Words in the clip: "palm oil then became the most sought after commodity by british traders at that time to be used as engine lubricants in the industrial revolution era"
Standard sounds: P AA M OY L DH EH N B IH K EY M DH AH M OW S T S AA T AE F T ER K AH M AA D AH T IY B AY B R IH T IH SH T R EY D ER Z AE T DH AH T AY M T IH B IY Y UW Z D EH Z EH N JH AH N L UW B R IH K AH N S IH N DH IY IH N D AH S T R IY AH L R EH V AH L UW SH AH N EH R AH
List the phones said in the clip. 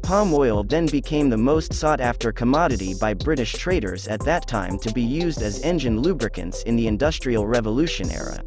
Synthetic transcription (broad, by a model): P AA M OY L DH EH N B IH K EY M DH AH M OW S T S AA T AE F T ER K AH M AA D AH T IY B AY B R IH T IH SH T R EY D ER Z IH T DH AH T AY M T IH B IY Y UW Z D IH Z EH N JH AH N L UW B R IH K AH N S IH N DH IY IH N D AH S T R IY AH L R EH V AH L UW SH AH N EH R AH